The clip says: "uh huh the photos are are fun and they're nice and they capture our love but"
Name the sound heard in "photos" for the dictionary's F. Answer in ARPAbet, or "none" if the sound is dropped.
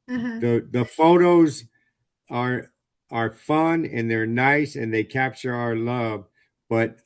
F